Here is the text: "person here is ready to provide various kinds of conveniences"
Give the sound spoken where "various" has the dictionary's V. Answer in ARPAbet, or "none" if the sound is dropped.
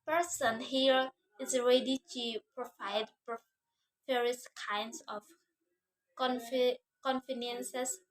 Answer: P